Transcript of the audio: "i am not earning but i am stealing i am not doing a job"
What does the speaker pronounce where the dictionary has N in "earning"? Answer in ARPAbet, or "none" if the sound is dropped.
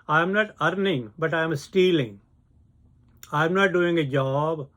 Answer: N